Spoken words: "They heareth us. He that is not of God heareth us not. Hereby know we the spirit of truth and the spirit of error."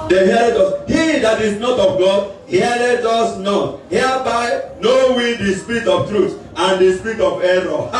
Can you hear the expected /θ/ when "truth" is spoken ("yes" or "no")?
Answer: no